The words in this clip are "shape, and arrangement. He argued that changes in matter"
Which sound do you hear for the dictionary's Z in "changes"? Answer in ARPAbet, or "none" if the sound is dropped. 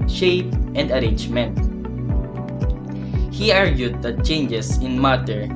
S